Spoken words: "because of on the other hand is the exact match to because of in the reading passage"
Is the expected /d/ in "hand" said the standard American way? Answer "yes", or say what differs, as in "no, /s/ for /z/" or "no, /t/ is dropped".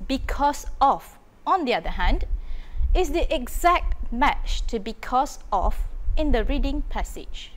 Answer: yes